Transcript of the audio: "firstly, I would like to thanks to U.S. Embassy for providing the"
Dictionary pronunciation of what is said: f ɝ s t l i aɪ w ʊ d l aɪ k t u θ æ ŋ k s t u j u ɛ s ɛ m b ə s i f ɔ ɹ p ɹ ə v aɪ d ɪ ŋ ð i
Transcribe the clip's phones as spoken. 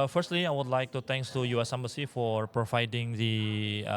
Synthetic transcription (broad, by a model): f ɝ s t l i aɪ w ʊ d l aɪ k t u t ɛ ŋ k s t u j u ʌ s ɛ m b ə s i f ɔ ɹ p ɹ ə v aɪ d ɪ ŋ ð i